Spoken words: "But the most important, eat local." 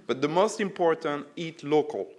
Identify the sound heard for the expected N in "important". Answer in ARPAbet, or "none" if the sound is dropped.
N